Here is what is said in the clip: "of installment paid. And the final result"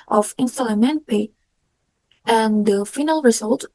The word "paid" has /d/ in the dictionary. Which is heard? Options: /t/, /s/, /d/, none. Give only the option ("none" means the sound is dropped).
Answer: none